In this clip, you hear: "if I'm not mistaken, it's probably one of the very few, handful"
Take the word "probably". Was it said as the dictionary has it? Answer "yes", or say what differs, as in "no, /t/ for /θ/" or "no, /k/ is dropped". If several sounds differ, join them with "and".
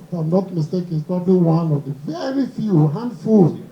yes